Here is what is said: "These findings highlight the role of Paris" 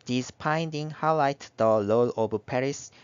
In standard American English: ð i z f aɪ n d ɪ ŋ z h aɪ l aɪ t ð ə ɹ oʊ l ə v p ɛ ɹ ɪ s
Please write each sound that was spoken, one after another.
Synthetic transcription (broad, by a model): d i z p aɪ n d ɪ ŋ h aɪ l aɪ t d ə l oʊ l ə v p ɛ ɹ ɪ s